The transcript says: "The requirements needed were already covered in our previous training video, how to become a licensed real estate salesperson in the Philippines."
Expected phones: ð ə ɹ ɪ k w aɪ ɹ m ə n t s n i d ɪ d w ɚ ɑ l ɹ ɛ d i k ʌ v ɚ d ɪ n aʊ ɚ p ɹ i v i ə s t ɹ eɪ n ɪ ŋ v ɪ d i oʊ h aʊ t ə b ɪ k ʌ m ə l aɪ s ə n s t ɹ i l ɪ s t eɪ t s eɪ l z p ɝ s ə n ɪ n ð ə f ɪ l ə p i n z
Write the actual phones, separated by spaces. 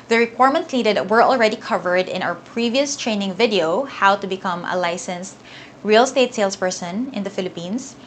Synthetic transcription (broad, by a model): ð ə ɹ ɪ k w aɪ ɹ m ə n t s n i d ɪ d w ɚ ɑ l ɹ ɛ d i k ʌ v ɚ d ɪ n aʊ ɚ p ɹ i v i ə s t ɹ eɪ n ɪ ŋ v ɪ d i oʊ h aʊ t ə b ɪ k ʌ m ə l aɪ s ə n s t ɹ i l s t eɪ t s eɪ l s p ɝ s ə n ɪ n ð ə f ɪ l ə p i n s